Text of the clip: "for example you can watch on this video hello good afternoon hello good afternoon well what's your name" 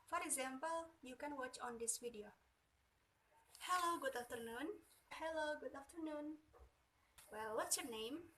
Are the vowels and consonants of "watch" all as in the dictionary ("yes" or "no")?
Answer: yes